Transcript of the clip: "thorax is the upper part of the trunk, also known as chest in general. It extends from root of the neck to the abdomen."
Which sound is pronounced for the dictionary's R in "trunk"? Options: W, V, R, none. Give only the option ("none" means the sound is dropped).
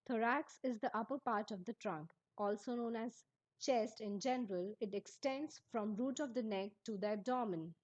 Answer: R